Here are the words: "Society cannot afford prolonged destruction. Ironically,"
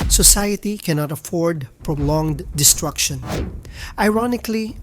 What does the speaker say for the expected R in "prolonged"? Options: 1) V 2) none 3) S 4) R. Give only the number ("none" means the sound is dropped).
4